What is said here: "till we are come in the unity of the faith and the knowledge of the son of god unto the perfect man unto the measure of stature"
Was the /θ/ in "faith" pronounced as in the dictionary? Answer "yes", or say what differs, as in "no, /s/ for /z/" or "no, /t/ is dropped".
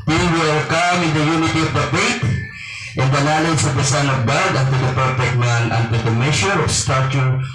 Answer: no, /t/ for /θ/